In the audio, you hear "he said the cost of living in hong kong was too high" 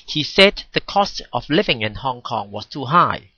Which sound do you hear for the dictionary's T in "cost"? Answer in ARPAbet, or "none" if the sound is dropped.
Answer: T